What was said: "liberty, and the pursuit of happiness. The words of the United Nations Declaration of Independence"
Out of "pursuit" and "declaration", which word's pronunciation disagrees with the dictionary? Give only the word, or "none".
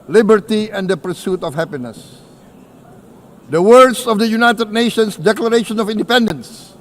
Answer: none